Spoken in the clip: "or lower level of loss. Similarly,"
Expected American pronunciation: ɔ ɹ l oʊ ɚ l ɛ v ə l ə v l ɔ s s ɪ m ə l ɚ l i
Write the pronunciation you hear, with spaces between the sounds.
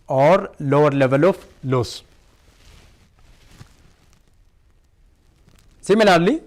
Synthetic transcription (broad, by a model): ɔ ɹ l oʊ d l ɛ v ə l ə f l ɔ s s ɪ m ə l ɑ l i